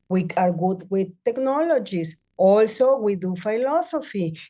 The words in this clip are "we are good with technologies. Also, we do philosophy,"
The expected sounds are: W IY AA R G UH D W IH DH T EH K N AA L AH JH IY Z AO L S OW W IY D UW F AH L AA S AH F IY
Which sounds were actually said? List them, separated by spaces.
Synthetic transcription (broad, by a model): W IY AA R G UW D W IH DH T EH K N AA L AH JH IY S AO L S OW W IY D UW F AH L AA S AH F IY